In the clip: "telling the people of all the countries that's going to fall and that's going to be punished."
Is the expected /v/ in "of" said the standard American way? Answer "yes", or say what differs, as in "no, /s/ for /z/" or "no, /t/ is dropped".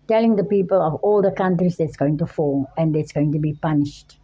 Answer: yes